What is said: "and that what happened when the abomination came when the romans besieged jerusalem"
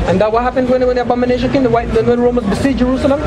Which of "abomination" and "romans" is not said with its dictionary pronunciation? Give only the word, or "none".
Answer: romans